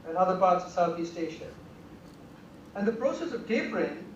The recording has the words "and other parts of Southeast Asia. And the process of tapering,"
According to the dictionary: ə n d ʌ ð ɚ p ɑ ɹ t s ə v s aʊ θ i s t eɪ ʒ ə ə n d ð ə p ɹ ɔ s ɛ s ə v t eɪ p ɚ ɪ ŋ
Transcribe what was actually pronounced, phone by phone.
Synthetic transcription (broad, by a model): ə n ʌ ð ɚ p ɑ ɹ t s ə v s aʊ θ i s t eɪ ʃ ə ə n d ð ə p ɹ ɔ s ɛ s ə v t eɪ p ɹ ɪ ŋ